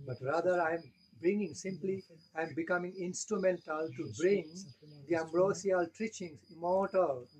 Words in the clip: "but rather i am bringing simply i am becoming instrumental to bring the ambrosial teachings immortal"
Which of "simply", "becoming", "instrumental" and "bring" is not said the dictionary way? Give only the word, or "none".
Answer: none